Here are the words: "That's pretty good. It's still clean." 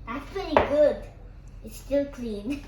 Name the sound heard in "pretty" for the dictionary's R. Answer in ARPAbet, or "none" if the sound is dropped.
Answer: none